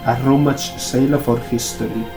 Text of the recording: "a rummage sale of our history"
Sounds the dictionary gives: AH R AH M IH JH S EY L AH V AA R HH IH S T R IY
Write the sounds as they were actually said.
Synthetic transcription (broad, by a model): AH R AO M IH CH S EY L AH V AA R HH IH S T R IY